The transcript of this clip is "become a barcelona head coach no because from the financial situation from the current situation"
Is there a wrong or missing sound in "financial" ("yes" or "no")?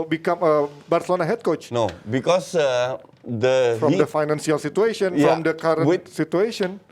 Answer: yes